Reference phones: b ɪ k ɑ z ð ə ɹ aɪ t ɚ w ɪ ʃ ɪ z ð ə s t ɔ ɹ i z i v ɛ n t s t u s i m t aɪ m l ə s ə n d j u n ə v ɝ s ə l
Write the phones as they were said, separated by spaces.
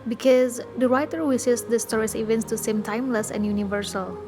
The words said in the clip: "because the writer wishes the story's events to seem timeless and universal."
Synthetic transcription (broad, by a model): b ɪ k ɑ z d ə ɹ aɪ t ɚ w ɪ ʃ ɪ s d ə s t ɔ ɹ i s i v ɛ n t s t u s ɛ m t aɪ m l ə s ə n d j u n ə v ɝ s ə l